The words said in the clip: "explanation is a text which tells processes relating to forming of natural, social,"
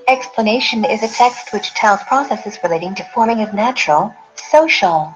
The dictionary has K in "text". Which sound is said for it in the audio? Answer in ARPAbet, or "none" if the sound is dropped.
K